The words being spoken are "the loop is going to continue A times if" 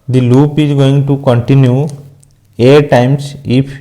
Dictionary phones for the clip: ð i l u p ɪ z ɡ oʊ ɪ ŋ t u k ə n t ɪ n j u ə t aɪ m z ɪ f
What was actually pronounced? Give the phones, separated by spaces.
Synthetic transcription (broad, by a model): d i l u p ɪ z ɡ oʊ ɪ ŋ t u k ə n t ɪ n j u ə t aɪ m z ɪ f